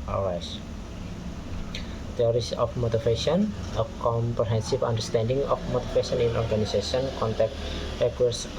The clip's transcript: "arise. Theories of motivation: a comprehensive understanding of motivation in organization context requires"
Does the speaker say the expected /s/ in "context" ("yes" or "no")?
no